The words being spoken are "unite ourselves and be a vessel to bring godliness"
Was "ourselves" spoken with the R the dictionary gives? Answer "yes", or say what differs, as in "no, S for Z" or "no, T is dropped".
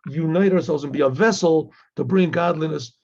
yes